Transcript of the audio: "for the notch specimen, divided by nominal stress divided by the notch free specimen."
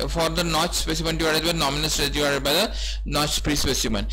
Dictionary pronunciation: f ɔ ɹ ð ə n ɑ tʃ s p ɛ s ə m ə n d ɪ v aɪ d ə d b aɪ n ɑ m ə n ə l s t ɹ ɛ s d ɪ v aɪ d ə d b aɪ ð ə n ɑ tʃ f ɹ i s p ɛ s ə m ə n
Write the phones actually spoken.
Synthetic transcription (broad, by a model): f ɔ ɹ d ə n ɑ tʃ s p ɛ s ə m ə n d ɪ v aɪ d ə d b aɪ n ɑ m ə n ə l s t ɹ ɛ d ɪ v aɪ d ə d b aɪ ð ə n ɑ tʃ p ɹ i s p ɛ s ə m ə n